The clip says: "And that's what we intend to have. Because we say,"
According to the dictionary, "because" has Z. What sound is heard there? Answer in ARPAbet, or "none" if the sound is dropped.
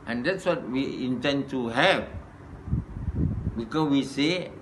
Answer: none